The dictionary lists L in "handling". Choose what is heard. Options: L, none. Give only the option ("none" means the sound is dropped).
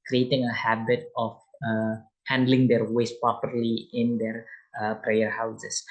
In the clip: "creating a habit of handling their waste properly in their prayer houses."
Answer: L